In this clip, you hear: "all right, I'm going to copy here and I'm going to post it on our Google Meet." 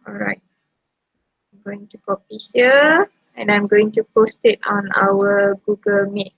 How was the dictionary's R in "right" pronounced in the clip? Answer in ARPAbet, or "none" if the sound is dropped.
R